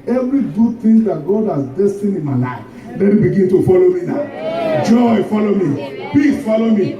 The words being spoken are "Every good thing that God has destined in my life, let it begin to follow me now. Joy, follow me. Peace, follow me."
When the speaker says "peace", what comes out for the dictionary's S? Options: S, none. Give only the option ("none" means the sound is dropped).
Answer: none